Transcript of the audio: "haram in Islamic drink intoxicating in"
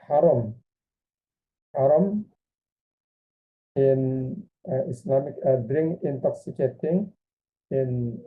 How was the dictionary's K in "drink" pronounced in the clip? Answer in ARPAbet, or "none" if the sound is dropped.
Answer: none